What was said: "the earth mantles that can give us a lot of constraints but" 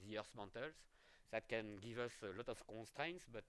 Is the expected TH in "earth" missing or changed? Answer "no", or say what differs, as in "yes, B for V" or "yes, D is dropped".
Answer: yes, S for TH